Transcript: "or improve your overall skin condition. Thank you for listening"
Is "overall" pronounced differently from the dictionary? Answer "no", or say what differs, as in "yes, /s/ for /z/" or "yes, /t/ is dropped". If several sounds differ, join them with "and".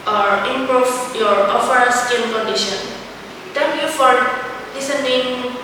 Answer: yes, /f/ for /v/